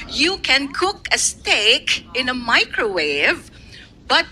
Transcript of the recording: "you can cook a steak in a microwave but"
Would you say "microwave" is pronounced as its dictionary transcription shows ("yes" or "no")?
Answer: yes